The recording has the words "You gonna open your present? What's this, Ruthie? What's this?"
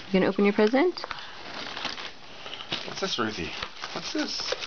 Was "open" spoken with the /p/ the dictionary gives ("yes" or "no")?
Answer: yes